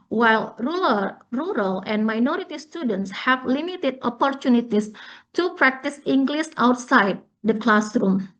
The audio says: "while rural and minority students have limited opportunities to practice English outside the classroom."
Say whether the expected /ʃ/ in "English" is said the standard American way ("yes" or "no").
no